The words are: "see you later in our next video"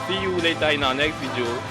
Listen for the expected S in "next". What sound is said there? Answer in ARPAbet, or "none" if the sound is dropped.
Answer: none